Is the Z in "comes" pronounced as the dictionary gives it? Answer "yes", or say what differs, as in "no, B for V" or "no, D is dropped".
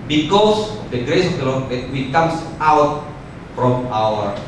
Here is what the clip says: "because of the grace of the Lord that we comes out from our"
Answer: no, S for Z